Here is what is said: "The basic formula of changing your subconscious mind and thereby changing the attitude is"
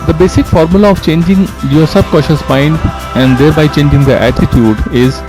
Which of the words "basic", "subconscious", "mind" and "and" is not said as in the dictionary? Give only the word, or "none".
subconscious